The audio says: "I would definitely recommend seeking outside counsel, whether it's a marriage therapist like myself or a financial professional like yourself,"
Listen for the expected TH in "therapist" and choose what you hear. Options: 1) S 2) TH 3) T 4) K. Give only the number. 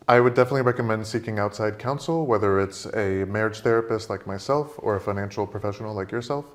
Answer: 2